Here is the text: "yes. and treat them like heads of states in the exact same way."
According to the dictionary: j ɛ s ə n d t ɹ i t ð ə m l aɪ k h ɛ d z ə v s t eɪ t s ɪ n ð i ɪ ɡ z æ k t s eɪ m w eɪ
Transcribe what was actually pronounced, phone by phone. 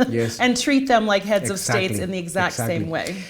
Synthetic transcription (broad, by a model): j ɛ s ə n t ɹ i t ð ə m l aɪ k h ɛ d z ə v s t eɪ t s ɪ n ð i ɪ ɡ z æ k t s eɪ m w eɪ